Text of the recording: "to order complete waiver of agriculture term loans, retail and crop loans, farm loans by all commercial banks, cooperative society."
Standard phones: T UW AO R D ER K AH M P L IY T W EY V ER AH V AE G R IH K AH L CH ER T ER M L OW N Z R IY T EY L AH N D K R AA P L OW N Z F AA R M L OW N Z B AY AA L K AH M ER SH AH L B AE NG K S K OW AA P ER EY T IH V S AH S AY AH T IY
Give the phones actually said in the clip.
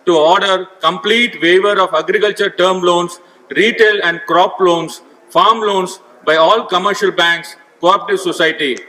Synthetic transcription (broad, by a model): T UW AO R D ER K AH M P L IY T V EY V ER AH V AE G R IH K AH L CH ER T ER M L OW N S R IY T EY L AH N D K R AA P L OW N S F AA R M L OW N S B AY AA L K AH M ER SH AH L B AE NG K S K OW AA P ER T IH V S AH S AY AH T IY